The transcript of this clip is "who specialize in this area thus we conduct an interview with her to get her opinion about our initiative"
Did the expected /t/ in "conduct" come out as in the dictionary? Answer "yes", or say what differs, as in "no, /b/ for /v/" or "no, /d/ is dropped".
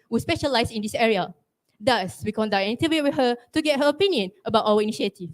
no, /t/ is dropped